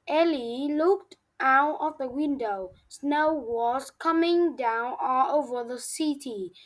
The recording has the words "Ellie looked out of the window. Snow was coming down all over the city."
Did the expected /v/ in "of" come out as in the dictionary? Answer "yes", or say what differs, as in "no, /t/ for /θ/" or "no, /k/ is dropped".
no, /f/ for /v/